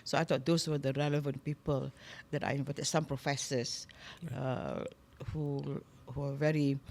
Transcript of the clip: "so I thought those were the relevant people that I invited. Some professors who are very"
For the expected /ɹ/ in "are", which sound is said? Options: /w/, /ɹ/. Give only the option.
/w/